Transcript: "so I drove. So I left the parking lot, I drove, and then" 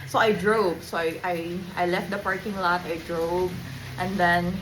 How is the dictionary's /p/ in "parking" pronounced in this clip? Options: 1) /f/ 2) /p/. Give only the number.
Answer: 2